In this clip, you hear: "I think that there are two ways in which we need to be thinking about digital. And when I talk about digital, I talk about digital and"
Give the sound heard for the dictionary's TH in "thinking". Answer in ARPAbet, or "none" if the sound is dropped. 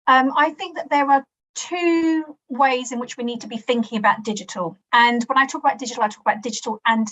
TH